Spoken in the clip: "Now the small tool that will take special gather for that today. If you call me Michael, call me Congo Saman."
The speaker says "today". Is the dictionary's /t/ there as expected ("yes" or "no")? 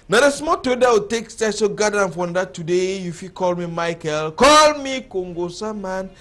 yes